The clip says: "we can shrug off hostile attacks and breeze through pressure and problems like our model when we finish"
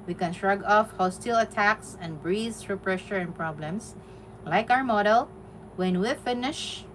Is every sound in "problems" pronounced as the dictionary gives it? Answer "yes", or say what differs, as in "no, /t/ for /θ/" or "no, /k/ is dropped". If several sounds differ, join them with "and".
no, /s/ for /z/